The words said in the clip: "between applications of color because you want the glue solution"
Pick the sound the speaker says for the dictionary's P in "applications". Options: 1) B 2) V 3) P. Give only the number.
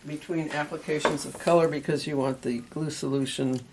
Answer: 3